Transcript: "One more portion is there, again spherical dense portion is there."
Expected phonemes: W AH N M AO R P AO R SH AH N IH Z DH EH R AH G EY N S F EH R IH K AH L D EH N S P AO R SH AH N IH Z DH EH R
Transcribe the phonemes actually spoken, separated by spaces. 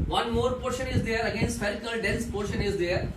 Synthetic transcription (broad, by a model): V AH N M AO R P AO R SH AH N IH Z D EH R AH G EY N S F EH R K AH L D EH N S P AO R SH AH N IH Z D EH R